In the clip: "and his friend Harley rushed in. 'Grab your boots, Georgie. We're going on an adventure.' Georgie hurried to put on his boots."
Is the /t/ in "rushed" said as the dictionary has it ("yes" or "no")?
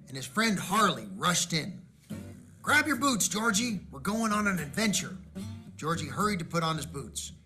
yes